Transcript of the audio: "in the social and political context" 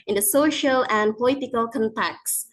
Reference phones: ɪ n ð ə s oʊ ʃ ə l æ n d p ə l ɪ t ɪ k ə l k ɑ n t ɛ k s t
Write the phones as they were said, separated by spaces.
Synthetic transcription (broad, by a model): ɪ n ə s oʊ ʃ ə l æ n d p ə l ɪ t ɪ k ə l k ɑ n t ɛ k s